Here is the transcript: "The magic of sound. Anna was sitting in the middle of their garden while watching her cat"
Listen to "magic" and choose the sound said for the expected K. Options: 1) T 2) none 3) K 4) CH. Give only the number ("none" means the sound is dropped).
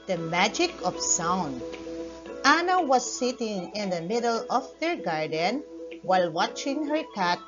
3